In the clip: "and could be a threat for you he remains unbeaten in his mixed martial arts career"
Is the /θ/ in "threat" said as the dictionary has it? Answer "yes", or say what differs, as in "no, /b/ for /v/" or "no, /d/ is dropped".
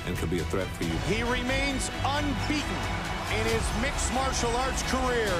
yes